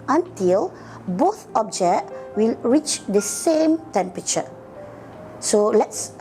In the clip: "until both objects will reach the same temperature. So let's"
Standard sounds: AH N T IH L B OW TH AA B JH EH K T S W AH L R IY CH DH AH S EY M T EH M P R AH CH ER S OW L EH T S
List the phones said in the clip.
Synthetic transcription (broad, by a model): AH N T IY L B OW TH AA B JH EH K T W AH L R IY CH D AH S EY M T EH M P R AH CH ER S OW L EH T S